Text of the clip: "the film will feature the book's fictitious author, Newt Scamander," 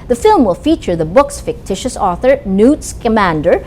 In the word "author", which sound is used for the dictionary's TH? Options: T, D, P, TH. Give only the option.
TH